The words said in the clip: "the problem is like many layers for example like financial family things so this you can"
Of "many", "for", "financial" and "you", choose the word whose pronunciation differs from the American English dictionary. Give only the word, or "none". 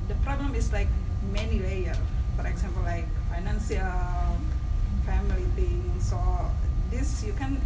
financial